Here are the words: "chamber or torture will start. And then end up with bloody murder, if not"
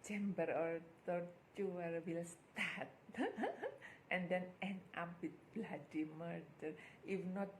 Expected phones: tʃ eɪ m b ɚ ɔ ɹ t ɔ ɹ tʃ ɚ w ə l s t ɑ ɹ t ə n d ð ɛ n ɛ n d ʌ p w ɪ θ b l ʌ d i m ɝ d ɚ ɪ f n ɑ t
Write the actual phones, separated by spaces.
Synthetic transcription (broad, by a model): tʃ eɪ m b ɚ ɔ ɹ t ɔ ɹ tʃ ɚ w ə l s t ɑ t t ə n d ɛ n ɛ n ɑ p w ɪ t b l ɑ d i m ɝ d ɚ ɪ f n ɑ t